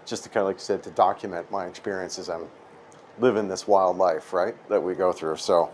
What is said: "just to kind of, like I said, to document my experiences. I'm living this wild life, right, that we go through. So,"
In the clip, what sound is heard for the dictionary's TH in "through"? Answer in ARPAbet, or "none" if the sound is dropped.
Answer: TH